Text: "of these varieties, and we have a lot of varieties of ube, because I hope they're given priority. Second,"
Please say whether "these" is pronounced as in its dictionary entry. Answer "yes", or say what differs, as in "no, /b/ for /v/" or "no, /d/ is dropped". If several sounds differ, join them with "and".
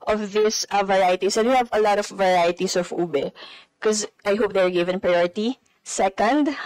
no, /s/ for /z/